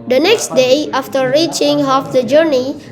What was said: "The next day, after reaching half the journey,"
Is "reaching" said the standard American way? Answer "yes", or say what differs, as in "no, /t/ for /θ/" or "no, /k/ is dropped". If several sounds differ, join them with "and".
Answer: yes